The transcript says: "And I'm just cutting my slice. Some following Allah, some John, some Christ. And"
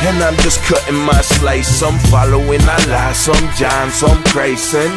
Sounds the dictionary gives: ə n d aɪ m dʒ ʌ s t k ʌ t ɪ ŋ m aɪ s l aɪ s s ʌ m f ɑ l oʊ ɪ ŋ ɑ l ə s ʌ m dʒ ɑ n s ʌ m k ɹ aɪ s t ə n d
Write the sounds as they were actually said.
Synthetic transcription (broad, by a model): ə n aɪ m dʒ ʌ s k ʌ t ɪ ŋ m aɪ s l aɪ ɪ s ʌ m f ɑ l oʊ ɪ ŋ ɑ l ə s ʌ m dʒ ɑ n s ʌ m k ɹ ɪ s ə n